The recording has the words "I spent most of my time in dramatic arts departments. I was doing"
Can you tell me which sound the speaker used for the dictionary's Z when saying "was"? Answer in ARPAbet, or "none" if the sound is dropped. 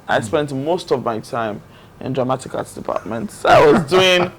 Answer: Z